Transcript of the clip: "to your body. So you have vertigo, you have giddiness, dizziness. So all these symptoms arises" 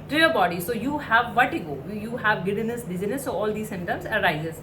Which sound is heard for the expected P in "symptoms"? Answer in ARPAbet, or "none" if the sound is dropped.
none